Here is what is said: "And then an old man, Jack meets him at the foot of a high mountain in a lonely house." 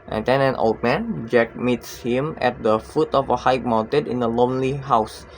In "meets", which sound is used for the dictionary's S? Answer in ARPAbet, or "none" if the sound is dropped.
S